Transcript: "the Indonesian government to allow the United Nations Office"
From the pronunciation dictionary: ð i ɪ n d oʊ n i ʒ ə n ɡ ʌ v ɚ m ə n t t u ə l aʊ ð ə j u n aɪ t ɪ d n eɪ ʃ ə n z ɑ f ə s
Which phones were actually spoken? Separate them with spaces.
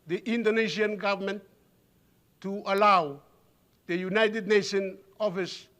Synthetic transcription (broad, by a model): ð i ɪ n d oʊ n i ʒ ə n ɡ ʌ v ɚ m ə n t t u ə l aʊ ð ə j u n aɪ t ɪ d n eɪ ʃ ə n ɑ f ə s